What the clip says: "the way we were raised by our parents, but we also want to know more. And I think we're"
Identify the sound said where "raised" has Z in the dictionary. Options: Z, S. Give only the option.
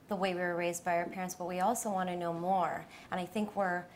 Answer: Z